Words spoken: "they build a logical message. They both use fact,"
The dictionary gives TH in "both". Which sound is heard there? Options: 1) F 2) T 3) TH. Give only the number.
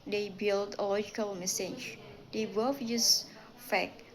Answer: 1